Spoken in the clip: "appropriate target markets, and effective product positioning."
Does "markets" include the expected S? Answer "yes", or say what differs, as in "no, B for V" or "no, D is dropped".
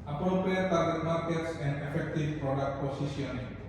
yes